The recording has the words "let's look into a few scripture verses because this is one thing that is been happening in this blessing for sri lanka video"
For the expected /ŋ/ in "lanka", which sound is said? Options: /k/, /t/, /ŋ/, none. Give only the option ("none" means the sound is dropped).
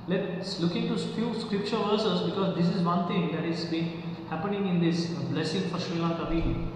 none